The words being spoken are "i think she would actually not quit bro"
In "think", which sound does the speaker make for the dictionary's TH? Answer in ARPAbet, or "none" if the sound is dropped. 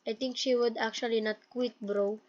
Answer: T